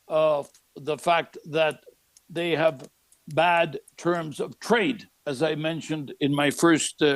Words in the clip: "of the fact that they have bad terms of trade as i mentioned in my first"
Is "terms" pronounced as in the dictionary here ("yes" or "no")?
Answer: yes